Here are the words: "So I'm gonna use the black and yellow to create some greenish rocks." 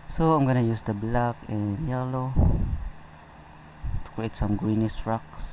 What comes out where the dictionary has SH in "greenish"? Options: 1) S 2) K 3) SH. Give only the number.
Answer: 1